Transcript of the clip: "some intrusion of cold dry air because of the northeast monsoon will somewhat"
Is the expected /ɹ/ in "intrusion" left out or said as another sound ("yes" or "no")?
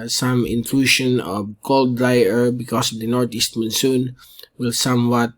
yes